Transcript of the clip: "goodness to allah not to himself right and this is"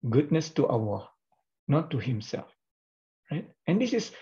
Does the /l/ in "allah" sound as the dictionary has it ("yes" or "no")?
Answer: no